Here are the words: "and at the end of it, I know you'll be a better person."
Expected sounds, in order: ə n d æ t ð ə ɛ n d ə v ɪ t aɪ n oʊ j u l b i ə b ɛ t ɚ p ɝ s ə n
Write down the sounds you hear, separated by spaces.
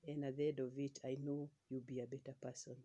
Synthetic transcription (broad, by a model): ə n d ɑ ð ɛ d ə v ɪ t aɪ n oʊ j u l b i ə b ɛ t ɚ p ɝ s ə n